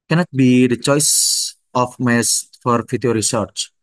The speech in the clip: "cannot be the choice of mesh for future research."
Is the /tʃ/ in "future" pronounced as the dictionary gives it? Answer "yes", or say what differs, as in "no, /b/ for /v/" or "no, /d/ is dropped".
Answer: no, /tʃ/ is dropped